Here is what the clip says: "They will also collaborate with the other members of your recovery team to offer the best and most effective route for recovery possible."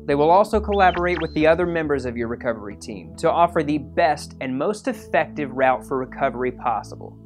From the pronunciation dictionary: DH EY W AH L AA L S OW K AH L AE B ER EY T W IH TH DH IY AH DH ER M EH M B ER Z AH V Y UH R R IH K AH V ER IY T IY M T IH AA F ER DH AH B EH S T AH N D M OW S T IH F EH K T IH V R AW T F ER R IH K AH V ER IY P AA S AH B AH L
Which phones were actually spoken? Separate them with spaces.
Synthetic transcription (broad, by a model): DH EY W AH L AA L S OW K AH L AE B ER EY T W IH DH IY AH DH ER M EH M B ER Z AH V Y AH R R IH K AH V ER IY T IY M T IH AA F ER DH AH B EH S T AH N M OW S T IH F EH K T IH V R AW T F ER R IH K AH V ER IY P AA S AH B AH L